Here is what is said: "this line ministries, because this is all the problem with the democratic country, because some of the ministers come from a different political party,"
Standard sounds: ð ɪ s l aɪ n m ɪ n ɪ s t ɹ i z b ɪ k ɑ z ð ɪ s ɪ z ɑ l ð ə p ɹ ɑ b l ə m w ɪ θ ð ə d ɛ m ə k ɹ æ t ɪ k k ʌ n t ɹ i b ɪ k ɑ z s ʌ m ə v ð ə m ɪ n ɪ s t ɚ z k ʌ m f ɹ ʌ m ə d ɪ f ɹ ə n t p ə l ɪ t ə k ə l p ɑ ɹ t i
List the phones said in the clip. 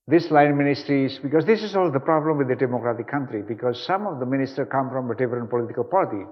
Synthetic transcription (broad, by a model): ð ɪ s l aɪ n m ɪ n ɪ s t ɹ i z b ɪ k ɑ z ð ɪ s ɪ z ɑ l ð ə p ɹ ɑ b l ə m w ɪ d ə d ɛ m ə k ɹ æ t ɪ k k ʌ n t ɹ i b ɪ k ɑ z s ʌ m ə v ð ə m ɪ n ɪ s t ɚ k ʌ m f ɹ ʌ m ə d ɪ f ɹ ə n p ə l ɪ t ə k ə l p ɑ ɹ t i